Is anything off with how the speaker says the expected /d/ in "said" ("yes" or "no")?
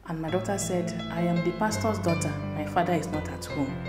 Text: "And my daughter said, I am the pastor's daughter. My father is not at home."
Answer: no